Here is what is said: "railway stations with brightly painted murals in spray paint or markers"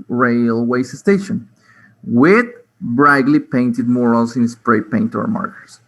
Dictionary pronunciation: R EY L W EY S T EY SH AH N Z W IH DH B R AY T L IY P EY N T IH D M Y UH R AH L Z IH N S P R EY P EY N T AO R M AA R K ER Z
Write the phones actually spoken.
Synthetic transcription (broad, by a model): R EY L W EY S T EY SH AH N W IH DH B R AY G L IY P EY N T IH D M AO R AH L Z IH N S P R EY P EY N T AO R M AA R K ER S